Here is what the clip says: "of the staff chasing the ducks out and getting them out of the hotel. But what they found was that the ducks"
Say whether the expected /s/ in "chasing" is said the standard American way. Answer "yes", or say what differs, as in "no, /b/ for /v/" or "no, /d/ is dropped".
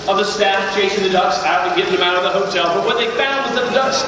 no, /ʃ/ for /s/